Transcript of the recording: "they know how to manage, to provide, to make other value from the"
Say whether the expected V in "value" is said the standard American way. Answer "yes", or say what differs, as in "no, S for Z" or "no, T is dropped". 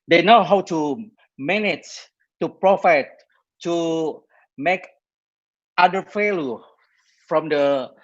no, F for V